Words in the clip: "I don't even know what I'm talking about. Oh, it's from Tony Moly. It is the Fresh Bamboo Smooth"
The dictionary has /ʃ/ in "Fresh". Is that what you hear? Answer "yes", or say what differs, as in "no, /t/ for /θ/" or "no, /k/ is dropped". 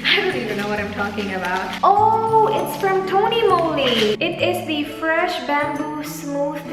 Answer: yes